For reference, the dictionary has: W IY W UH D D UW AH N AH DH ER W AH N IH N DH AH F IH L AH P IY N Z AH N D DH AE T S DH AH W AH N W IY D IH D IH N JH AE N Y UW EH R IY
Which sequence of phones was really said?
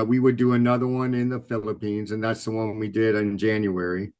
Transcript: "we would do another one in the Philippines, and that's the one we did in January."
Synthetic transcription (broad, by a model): W IY W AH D D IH AH N AH DH ER W AH N IH N DH AH F IH L AH P IY N Z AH N DH AE T S DH AH W AH N W IY D IH D IH N JH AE N Y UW EH R IY